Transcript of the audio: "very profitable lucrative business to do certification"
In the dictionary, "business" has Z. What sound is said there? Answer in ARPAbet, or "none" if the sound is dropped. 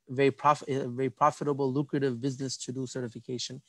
Z